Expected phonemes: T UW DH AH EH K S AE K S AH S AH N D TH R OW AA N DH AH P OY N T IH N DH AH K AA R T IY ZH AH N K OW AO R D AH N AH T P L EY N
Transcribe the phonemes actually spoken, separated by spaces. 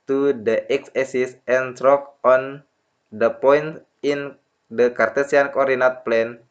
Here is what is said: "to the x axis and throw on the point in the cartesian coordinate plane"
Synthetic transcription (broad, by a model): T UW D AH EH K S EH S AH S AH N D R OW AA N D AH P OY N T IH N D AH K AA R T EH S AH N K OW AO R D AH N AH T P L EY N